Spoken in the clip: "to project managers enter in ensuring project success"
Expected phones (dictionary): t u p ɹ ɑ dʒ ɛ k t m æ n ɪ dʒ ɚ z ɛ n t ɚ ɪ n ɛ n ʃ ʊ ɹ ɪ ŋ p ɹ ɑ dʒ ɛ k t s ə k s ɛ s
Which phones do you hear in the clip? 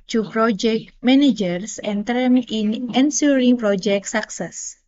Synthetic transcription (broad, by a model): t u p ɹ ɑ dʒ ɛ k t m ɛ n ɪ dʒ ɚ s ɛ n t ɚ ɪ n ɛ n s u ɹ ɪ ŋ p ɹ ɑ dʒ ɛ k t s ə k s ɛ s